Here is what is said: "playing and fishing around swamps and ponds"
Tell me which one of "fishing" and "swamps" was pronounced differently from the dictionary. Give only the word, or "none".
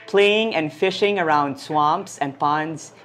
none